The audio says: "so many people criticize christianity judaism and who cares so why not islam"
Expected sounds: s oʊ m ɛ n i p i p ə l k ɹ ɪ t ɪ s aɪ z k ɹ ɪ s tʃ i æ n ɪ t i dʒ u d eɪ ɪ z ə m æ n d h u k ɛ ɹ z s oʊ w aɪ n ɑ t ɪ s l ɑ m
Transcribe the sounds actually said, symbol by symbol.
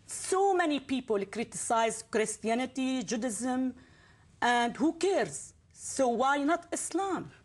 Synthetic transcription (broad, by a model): s oʊ m ɛ n i p i p ə l k ɹ ɪ t ɪ s aɪ z k ɹ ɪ s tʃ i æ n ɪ t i dʒ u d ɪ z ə m æ n d h u k ɛ ɹ z s oʊ w aɪ n ɑ t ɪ s l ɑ m